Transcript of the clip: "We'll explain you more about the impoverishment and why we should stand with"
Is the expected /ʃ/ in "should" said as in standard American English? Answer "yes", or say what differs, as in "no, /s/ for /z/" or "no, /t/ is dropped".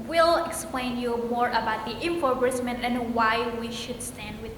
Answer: yes